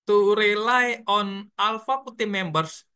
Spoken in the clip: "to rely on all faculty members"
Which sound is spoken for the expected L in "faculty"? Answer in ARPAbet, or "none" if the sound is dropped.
none